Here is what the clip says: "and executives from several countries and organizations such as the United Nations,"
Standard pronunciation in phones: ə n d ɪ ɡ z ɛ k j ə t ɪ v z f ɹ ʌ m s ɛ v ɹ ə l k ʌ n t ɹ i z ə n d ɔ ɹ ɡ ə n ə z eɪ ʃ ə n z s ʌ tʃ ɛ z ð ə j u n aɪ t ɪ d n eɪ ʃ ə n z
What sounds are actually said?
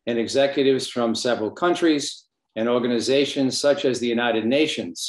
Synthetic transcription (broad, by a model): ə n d ɪ ɡ z ɛ k j ə t ɪ v z f ɹ ʌ m s ɛ v ɹ ə l k ʌ n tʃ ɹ i z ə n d ɔ ɹ ɡ ə n ə z eɪ ʃ ə n z s ʌ tʃ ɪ z ð ə j u n aɪ t ɪ d n eɪ ʃ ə n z